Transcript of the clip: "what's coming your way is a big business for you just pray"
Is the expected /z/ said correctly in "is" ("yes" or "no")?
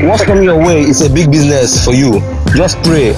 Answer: no